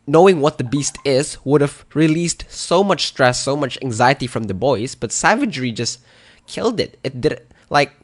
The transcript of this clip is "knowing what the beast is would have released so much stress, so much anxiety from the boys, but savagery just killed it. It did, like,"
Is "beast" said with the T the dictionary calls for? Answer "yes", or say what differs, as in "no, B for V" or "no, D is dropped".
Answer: yes